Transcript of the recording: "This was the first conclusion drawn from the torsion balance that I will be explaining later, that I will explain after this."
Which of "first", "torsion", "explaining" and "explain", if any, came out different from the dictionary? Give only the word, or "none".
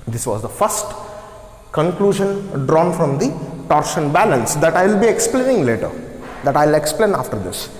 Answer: none